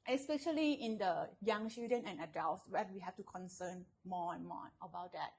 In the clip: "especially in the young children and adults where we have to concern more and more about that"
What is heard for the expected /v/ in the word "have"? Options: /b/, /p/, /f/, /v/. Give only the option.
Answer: /f/